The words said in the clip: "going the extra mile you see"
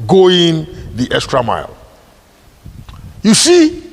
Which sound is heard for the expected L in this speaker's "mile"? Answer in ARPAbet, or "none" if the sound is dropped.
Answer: L